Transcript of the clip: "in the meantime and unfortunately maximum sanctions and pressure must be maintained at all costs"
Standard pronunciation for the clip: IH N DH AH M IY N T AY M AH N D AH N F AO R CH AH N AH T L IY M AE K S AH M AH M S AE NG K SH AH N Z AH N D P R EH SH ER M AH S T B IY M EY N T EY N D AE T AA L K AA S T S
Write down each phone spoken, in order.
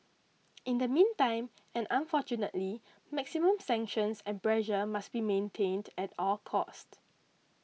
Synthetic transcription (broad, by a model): IH N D AH M IY N T AY M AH N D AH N F AO CH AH N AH T L IY M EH K S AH M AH M S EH NG K SH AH N S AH N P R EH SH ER M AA S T B IY M EY N T EY N D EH T AA L K AA S T